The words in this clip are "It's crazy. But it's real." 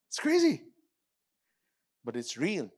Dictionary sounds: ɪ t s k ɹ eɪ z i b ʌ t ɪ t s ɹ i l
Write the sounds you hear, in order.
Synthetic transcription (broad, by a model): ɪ t s k ɹ eɪ z i b ʌ t ɪ t s ɹ i l